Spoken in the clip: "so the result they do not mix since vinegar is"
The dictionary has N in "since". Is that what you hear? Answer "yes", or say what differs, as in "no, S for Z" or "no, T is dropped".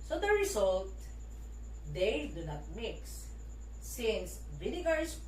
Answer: yes